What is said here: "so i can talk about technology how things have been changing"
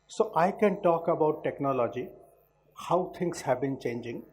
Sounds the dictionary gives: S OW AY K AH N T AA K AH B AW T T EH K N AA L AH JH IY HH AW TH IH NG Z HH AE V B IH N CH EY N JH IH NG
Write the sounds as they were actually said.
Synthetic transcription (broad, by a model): S OW AY K AH N T AA K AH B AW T T EH K N AA L AH JH IY HH AW T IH NG S HH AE B IH N CH EY N JH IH NG